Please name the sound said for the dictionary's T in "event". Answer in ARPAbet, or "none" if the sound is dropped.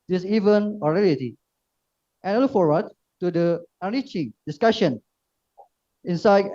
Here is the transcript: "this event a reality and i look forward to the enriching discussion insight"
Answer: none